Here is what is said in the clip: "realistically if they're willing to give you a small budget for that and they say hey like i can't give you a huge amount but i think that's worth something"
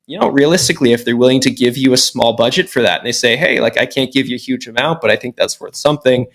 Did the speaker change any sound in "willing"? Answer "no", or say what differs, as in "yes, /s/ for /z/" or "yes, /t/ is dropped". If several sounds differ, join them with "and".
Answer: no